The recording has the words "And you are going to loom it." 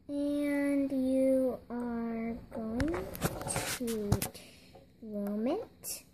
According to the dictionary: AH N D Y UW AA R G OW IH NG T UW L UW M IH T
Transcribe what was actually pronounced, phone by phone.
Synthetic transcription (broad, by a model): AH N D Y UW AA R G OW IH NG T UW W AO M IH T